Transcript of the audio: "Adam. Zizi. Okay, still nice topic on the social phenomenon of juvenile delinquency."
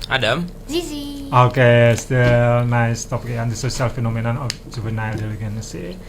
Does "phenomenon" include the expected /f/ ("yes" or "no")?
yes